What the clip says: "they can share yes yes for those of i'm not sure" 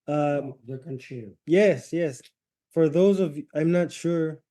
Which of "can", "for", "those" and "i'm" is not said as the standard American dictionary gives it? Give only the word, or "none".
none